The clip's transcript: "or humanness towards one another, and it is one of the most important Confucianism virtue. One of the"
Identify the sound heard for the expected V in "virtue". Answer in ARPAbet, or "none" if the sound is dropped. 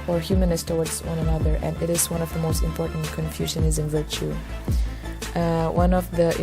V